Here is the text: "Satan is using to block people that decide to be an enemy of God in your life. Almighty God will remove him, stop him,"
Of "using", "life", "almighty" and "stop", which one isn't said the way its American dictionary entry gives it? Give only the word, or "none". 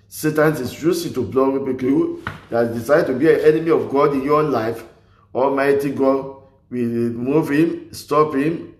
using